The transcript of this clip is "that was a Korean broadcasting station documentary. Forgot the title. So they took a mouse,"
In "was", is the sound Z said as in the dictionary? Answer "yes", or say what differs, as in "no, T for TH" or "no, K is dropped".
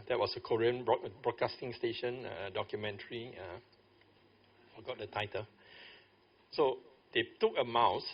no, S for Z